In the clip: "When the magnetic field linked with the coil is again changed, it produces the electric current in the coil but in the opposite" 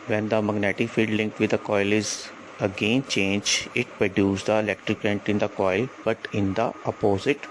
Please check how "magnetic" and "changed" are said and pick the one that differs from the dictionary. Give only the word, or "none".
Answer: changed